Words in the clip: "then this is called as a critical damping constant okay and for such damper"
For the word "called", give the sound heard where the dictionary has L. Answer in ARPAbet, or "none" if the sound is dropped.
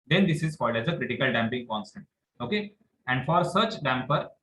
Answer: none